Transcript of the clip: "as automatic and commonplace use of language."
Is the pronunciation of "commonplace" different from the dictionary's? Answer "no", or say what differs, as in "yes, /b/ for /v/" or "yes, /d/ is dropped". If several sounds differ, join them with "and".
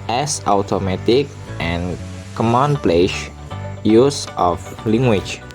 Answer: yes, /ʃ/ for /s/